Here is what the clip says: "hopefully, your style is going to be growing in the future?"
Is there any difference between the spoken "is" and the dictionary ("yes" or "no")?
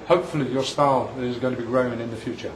no